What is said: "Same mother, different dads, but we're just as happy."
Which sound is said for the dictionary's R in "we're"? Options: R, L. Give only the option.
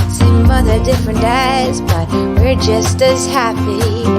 R